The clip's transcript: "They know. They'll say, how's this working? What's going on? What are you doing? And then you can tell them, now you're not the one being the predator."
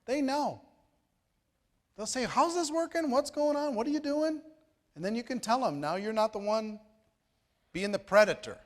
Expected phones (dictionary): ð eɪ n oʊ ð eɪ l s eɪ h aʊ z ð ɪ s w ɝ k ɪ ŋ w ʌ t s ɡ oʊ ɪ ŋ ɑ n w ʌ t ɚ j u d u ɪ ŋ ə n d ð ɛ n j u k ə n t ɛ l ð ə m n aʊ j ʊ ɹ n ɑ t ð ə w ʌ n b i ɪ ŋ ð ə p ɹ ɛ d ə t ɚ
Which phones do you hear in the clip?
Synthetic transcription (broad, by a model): ð eɪ n oʊ ð eɪ l s eɪ h aʊ z ð ɪ s w ɝ k ɪ ŋ w ʌ t s ɡ oʊ ɪ ŋ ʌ n w ʌ t ɚ j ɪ d u ɪ ŋ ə n ð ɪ n j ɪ k ə n t ɛ l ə m n aʊ j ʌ ɹ n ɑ t ð ə w ʌ n b i ɪ ŋ ð ə p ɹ ɛ d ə t ɚ